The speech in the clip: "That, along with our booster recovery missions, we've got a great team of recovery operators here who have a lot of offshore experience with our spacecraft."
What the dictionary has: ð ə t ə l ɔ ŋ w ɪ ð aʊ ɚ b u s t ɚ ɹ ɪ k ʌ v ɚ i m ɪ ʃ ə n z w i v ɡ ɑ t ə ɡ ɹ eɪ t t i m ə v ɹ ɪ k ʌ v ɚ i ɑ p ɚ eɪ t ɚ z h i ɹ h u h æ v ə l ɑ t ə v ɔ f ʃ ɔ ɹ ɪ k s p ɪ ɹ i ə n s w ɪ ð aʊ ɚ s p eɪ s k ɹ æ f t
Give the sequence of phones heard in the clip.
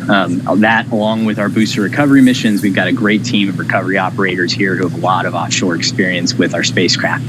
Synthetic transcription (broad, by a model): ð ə t ə l ɔ ŋ w ɪ ð aʊ ɚ b u s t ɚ ɹ ɪ k ʌ v ɚ i m ɪ ʃ ə n z w i v ɡ ɑ t ə ɡ ɹ eɪ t t i m ə v ɹ ɪ k ʌ v ɚ i ɑ p ɚ eɪ t ɚ z h i ɹ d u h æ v ə l ɑ t ə v ɔ f ʃ ɔ ɹ ɪ k s p ɪ ɹ i ə n s w ɪ ð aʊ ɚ s p eɪ s k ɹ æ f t